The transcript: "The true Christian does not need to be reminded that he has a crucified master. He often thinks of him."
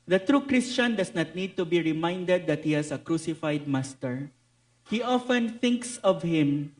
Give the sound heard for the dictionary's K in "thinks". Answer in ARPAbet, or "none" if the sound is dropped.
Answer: K